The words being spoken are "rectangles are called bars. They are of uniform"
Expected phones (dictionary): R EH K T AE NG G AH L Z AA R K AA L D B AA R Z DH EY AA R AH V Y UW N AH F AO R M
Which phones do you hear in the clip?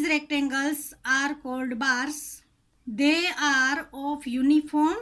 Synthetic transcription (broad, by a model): R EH K T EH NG G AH L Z AA R K AA L D B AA R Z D EY AA R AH P Y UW N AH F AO R M